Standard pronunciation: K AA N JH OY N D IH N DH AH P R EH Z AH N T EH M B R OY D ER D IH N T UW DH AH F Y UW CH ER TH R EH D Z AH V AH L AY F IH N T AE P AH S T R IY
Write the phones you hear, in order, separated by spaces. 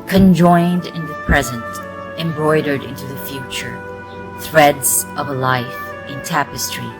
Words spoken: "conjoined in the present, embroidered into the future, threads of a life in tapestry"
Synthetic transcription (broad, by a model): K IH N JH OY N D IH N DH AH P R EH Z AH N T EH M B R OY D ER D IH N T UW DH AH F Y UW CH ER TH R EH D Z AH V AH L AY F IH N T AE P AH S T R IY